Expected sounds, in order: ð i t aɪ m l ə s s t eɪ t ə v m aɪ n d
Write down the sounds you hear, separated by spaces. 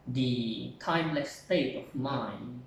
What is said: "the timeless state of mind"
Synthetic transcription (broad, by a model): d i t aɪ m l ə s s t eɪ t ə f m aɪ n